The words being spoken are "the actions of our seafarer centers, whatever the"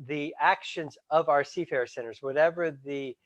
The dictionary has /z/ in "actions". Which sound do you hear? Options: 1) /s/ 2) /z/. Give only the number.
2